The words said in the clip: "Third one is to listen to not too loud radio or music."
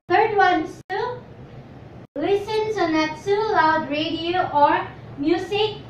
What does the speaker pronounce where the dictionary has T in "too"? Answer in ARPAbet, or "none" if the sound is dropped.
S